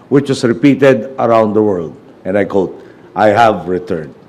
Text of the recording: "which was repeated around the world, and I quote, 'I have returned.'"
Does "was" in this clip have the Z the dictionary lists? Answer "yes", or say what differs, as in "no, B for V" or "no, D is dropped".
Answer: no, S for Z